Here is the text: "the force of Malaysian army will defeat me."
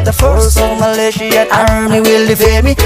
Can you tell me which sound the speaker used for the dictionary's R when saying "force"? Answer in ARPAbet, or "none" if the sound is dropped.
L